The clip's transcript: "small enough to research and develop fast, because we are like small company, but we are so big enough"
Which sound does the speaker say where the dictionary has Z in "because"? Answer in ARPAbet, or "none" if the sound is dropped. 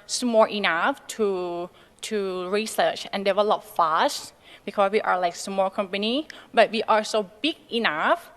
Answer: S